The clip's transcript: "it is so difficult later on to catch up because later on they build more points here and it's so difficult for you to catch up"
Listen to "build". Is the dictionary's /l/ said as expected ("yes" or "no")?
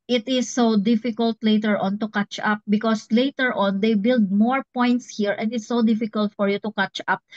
yes